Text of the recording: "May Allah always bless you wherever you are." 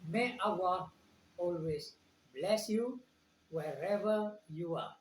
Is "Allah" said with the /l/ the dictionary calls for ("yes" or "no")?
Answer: no